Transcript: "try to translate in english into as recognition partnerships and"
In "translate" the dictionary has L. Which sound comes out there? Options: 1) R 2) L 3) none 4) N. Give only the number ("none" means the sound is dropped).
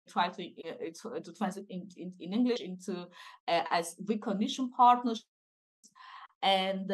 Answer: 3